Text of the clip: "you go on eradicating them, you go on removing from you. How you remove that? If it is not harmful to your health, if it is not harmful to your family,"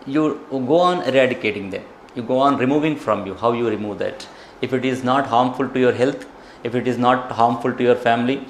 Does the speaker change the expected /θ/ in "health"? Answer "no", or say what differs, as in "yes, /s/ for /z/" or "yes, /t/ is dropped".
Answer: yes, /t/ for /θ/